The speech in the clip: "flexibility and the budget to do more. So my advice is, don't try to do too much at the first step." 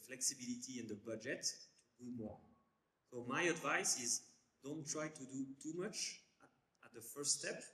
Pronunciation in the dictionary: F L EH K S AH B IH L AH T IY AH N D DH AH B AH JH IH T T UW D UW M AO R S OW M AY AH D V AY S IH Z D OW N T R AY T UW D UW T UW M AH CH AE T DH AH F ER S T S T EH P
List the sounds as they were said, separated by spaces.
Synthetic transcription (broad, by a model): F L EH K S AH B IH L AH T IY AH N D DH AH B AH JH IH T T UW D UW M AO R S OW M AY AH D V AY S IH Z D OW N T R AY T UW D UW T UW M AH CH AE T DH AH F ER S S T EH P